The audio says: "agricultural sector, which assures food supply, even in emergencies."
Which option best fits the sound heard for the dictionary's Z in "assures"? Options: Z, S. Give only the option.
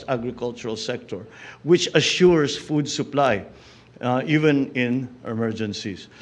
S